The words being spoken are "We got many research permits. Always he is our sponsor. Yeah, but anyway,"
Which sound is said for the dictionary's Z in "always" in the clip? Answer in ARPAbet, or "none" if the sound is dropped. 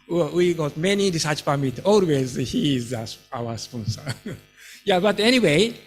Z